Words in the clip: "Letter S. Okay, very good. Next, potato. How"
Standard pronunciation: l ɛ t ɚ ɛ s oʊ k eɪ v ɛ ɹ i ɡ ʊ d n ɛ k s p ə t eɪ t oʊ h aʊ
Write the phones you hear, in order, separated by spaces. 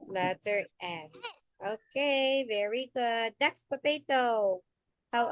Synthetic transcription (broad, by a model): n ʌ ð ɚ ɛ s oʊ k eɪ v ɛ ɹ i ɡ ʊ d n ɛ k s p ə t eɪ t oʊ h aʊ